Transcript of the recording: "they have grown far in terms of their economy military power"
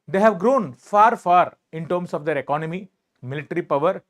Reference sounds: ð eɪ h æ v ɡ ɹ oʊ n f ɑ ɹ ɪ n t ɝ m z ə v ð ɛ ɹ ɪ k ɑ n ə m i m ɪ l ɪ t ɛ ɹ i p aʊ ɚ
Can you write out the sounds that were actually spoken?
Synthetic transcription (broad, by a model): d eɪ h æ v ɡ ɹ oʊ n f ɑ ɹ ɪ n t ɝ m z ə v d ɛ ɹ ɪ k ɑ n ə m i m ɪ l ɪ t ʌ ɹ i p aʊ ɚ